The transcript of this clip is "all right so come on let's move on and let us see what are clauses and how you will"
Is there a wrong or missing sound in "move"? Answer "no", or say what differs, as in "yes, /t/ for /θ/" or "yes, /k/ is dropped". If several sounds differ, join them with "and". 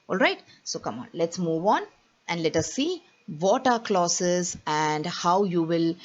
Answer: no